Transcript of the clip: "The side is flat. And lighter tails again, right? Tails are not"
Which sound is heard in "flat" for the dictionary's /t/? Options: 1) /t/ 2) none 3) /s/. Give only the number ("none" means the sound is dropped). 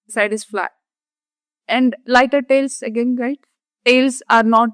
2